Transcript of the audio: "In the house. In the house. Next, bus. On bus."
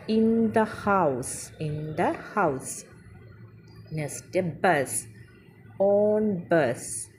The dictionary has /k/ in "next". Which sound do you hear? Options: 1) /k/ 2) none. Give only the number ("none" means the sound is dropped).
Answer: 2